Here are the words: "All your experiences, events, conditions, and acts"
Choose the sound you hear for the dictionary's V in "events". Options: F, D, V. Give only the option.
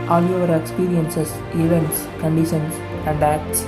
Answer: V